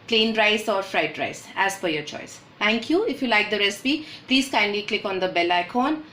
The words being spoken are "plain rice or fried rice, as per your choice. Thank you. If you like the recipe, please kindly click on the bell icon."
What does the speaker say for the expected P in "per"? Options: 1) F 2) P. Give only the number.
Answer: 1